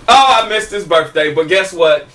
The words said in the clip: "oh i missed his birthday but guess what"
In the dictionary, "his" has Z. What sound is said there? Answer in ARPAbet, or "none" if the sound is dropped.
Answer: S